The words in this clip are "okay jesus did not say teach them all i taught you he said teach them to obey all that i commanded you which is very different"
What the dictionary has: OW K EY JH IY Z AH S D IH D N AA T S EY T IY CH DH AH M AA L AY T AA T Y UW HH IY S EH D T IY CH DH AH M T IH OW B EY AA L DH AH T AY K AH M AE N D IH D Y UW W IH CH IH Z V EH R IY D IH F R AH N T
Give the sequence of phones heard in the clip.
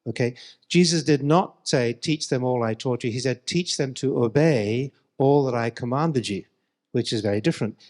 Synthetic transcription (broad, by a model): OW K EY JH IY Z AH S D IH D N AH T S EY T IY CH DH AH M AA L AY T AA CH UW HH IY S EH D T IY CH DH AH M T IH OW B EY AA L DH AH T AY K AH M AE N D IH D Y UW W IH CH IH Z V EH R IY D IH F R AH N T